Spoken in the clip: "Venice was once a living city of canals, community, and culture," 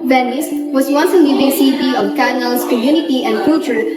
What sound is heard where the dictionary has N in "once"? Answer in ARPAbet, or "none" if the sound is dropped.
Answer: N